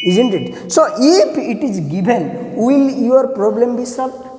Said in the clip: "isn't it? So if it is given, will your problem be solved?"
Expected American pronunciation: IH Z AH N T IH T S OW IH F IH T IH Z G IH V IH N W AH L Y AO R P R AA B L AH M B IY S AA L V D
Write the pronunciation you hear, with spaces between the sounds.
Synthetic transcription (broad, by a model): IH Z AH N T IH T S OW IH P IH T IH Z G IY B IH N W AH L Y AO R P R AA B L AH M B IY S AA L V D